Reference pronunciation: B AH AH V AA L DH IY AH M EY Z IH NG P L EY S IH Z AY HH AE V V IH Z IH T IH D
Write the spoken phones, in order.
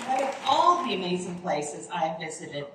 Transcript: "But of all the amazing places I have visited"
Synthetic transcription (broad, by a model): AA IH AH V AA L DH IY AH M EY Z IH NG P L EY S IH Z AY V V IH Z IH T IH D